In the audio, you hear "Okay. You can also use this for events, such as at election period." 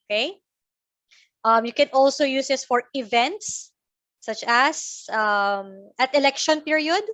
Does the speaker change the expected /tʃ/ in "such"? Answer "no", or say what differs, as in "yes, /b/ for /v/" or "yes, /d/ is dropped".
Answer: yes, /s/ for /tʃ/